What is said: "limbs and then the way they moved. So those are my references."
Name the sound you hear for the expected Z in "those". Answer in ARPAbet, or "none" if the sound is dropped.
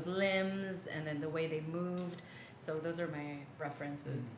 Z